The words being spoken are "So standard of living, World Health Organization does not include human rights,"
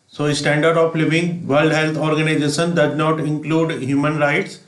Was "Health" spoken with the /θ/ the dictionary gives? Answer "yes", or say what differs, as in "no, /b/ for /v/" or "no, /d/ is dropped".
no, /t/ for /θ/